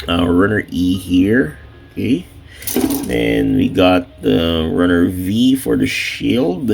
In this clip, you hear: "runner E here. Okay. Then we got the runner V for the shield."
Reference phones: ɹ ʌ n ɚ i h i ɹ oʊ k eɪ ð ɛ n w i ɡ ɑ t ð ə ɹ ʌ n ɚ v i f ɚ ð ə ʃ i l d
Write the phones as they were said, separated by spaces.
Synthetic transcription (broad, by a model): ɹ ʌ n ɚ i h i ɹ oʊ k eɪ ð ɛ n w i ɡ ɑ t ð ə ɹ ʌ n ɚ v i f ɚ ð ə ʃ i l d